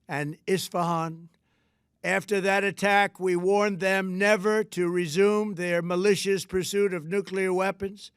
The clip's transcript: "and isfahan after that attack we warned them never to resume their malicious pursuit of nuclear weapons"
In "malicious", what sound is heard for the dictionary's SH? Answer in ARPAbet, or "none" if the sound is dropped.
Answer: SH